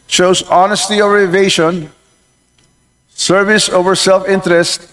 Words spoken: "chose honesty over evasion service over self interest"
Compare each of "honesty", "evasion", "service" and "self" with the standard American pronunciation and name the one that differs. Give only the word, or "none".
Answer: evasion